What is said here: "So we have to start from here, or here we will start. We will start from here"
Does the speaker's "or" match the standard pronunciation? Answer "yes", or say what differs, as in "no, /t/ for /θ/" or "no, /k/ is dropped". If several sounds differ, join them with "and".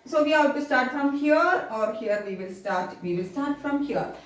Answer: yes